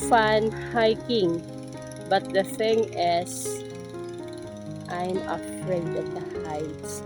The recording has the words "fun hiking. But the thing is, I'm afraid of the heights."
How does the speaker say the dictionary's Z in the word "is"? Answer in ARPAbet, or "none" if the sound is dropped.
S